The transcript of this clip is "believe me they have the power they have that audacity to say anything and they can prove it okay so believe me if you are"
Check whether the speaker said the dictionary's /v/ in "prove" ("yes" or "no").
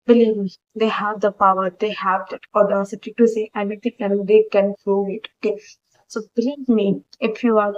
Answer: no